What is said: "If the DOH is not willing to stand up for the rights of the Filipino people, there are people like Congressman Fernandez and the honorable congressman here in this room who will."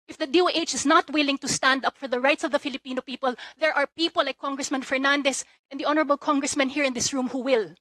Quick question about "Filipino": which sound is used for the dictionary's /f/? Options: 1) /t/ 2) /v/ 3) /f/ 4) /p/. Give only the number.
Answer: 3